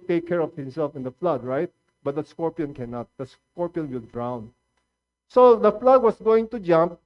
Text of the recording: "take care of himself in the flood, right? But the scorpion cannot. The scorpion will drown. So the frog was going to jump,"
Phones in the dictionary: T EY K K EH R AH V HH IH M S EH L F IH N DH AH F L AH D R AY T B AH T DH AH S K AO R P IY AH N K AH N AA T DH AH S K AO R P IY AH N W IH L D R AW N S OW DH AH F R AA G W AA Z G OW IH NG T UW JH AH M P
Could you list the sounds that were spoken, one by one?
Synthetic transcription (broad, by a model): T EY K K EH R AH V HH IH M S EH L F IH N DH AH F L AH D R AY T B AH T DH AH S K AO R P IY AH N K AH N AA T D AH S K AO R P IY AH N W IH L D R AW N S OW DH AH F L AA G W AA S G OW IH NG T UW JH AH M P